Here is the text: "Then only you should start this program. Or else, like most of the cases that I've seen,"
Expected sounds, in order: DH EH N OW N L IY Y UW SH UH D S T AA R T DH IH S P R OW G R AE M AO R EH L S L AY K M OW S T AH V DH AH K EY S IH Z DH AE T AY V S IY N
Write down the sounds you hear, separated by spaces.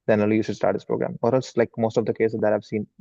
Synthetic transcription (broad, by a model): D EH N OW L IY Y UW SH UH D S T AA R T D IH S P R OW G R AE M AO R EH L S L AY K M OW S T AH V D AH K EY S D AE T AY V S IY N